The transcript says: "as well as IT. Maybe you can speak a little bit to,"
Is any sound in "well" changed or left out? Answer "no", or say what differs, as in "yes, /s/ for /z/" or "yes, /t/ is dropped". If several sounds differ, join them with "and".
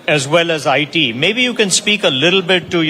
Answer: no